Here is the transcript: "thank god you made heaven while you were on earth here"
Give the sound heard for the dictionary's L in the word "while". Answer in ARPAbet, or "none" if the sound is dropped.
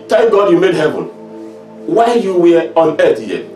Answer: N